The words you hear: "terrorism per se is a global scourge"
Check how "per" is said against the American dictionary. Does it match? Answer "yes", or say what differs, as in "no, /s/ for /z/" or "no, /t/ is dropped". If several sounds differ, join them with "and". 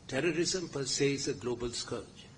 yes